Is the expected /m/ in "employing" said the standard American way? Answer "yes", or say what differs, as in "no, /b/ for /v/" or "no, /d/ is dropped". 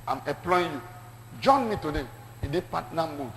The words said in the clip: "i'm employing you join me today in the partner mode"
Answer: no, /m/ is dropped